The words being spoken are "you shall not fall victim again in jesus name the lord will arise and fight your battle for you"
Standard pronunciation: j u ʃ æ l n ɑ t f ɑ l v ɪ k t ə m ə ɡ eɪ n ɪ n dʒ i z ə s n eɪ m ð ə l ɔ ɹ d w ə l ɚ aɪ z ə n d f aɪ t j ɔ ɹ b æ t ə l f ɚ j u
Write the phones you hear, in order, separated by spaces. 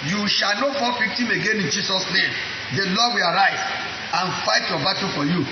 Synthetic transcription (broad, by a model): j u ʃ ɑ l n ɑ t f ɑ l p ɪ k t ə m ə ɡ eɪ n ɪ n dʒ i s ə s n eɪ m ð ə l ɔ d w ə l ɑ aɪ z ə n f aɪ t j ɔ b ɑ t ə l f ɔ j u